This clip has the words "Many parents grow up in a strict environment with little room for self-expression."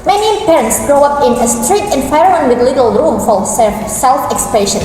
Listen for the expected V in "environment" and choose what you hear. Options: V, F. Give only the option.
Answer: F